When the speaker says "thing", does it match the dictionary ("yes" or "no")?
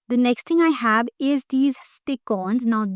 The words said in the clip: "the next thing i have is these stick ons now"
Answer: no